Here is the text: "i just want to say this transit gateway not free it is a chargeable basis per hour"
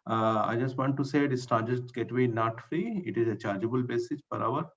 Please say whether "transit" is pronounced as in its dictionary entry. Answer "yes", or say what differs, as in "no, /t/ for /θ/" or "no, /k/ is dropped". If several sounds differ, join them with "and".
no, /ɹ/ is dropped